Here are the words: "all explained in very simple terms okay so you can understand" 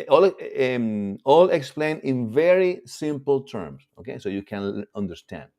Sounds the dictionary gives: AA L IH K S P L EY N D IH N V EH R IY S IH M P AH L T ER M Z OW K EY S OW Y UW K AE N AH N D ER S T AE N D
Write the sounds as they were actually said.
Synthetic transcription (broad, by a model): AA L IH K S P L EY N IH N V EH R IY S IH M P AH L T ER M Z OW K EY S OW Y UW K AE N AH N D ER S T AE N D